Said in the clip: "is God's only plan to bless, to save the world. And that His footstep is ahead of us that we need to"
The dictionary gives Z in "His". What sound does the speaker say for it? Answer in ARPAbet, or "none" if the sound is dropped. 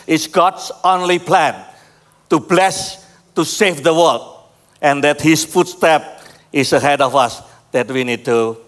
S